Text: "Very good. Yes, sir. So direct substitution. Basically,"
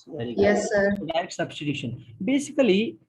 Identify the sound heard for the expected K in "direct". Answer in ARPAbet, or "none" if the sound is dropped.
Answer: none